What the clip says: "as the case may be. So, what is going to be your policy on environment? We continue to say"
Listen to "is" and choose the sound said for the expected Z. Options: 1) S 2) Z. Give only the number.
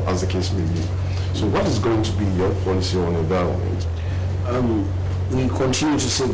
2